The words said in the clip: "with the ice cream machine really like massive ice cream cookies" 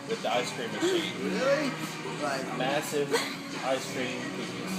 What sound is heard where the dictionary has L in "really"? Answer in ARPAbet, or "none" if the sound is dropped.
none